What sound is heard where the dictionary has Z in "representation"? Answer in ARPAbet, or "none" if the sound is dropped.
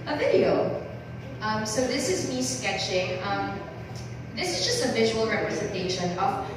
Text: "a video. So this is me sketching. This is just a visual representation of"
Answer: Z